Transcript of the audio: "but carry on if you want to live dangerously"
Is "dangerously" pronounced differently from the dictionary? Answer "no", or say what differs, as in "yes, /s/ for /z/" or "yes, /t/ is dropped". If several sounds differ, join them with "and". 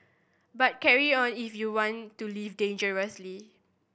no